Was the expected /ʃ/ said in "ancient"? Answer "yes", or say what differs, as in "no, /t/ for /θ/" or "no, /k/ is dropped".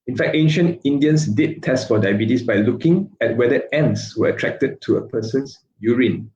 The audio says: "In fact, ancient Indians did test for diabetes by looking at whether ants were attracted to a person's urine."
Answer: yes